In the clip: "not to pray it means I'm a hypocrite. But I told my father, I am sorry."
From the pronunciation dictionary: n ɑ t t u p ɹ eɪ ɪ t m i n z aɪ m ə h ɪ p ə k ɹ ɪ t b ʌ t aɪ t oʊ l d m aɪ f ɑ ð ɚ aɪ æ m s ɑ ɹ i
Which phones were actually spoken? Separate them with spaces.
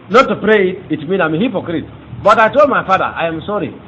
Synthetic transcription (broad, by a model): n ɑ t t u p ɹ eɪ ɪ t m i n aɪ m ə h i p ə k ɹ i t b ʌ t aɪ t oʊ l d m aɪ f ɑ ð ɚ aɪ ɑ m s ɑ ɹ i